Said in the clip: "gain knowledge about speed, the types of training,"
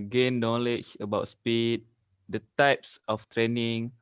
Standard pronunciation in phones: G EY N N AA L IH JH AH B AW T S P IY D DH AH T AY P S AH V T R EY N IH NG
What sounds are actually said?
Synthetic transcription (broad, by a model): G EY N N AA L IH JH AH B AW T S P IY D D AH T AY P S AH F T R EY N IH NG